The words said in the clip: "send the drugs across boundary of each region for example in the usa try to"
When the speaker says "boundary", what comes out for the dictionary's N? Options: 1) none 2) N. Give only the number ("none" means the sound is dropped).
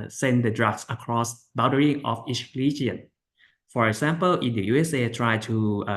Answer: 1